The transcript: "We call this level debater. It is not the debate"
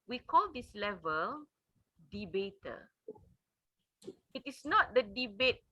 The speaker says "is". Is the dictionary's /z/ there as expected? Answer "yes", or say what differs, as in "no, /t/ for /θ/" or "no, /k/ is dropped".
no, /s/ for /z/